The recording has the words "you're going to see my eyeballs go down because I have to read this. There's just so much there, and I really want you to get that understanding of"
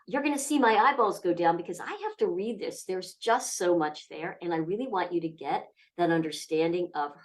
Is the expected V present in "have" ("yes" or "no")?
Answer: no